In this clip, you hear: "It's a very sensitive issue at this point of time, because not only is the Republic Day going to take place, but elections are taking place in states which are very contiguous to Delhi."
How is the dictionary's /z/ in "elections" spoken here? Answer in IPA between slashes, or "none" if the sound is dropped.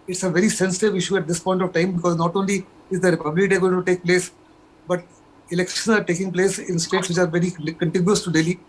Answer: none